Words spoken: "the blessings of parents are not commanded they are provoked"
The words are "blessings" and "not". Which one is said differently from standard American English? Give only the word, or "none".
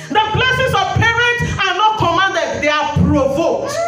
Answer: blessings